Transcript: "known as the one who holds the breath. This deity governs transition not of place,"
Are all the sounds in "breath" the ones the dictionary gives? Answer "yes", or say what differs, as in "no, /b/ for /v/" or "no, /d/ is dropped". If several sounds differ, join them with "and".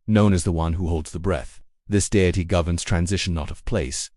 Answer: yes